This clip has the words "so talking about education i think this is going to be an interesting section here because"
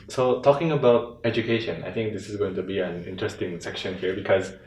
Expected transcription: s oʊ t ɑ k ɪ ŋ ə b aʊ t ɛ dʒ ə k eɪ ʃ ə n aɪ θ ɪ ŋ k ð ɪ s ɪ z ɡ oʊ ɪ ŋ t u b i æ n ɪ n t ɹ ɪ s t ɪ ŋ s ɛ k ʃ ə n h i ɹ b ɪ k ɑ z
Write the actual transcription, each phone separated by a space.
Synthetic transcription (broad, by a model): s oʊ t ɑ k ɪ ŋ ə b aʊ t ɛ dʒ ə k eɪ ʃ ə n aɪ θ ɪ ŋ k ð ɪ s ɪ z ɡ oʊ ɪ ŋ t u b i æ n ɪ n t ɹ ɪ s t ɪ ŋ s ɛ k ʃ ə n h i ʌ b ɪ k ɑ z